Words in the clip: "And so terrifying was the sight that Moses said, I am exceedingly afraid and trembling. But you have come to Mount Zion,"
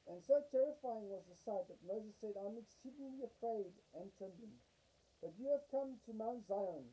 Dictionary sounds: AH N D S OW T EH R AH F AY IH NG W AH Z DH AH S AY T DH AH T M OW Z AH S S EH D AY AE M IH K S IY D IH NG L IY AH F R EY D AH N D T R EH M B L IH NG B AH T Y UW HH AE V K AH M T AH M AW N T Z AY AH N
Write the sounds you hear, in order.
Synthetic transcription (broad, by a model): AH N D S OW T EH R AH F AY IH NG W AH Z DH AH S AY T DH AH T M OW Z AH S S EH D AY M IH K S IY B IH L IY AH F R EY D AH N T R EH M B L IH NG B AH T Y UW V K AH M T AH M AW N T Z AY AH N